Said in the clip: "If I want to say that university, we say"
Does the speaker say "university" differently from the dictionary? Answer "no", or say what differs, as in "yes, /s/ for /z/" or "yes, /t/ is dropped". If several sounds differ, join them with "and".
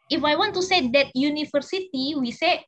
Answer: yes, /f/ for /v/